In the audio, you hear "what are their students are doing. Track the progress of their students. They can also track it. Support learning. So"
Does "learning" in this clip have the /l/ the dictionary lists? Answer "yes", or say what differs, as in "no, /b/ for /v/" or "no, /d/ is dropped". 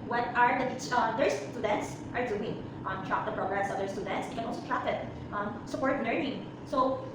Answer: no, /n/ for /l/